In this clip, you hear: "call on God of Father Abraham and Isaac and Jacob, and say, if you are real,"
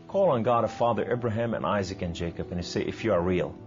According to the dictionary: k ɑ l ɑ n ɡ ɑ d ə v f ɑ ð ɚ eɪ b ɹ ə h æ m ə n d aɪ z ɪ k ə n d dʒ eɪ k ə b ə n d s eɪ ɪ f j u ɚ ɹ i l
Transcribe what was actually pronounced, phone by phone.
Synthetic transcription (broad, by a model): k ɑ l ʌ n ɡ ɑ d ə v f ɑ ð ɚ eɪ b ɹ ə h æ m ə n aɪ z ɪ k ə n dʒ eɪ k ə b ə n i s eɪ ɪ f j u ɚ ɹ i l